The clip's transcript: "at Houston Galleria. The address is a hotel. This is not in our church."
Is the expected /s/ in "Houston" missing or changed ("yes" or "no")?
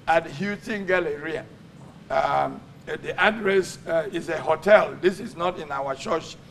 yes